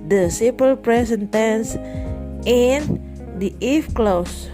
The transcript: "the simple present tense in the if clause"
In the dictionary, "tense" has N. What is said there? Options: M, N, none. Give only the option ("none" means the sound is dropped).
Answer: N